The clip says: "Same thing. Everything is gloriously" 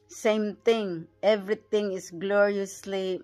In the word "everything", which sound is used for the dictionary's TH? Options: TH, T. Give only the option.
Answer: T